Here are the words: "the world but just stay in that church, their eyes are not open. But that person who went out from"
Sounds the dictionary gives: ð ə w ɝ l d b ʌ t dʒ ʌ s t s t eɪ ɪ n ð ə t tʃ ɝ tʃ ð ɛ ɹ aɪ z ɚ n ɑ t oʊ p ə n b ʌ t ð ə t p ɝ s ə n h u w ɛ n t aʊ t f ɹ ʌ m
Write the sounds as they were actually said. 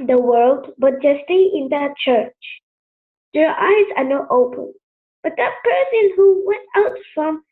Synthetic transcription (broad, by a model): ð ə w ɝ l d b ʌ t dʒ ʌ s s t eɪ ɪ n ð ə t tʃ ɝ tʃ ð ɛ ɹ aɪ z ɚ n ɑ t oʊ p ə n b ʌ t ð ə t p ɝ s ə n h u w ɛ n t aʊ t f ɹ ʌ m